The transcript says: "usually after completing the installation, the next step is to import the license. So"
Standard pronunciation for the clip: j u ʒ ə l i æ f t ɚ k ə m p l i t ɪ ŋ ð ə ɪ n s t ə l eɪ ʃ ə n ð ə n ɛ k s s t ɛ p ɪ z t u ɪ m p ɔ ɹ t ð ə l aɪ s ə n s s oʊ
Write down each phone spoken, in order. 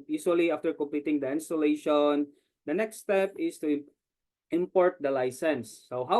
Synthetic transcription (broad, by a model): j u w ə l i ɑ f t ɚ k ə m p l i t ɪ ŋ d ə ɪ n s t ə l eɪ ʃ ə n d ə n ɛ k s s t ɛ p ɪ s t u ɪ m p ɔ ɹ t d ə l aɪ s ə n s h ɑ